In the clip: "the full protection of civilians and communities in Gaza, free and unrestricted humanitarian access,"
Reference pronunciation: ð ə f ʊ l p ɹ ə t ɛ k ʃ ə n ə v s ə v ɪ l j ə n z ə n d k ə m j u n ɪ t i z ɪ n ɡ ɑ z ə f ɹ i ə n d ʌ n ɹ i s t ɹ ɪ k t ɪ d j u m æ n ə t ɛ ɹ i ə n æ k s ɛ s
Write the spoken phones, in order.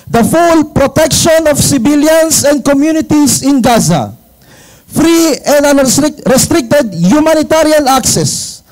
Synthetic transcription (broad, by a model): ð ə f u l p ɹ ə t ɛ k ʃ ə n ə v s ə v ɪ l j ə n s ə n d k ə m j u n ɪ t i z ɪ n ɡ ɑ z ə f ɹ i ə n d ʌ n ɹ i s t ɹ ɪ k t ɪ d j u m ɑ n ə t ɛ ɹ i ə n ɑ k s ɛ s